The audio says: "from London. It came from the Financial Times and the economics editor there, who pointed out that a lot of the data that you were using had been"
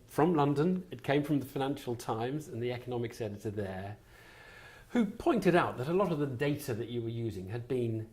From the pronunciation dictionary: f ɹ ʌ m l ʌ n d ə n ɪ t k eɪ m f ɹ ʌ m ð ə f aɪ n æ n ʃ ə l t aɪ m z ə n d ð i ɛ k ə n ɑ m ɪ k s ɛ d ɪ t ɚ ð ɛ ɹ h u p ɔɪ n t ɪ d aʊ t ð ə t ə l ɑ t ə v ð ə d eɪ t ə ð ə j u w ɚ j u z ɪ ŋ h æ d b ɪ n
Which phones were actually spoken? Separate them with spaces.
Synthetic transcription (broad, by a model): f ɹ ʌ m l ʌ n d ə n ɪ t k eɪ m f ɹ ʌ m ð ə f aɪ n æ n ʃ l t aɪ m z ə n ð i ɛ k ə n ɑ m ɪ k s ɛ d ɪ t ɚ ð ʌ ɹ h u p ɔɪ n t ɪ d aʊ t ð ə t ə l ɑ t ə v ð ə d eɪ t ə ð ə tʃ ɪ w ɚ j u z ɪ ŋ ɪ d b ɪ n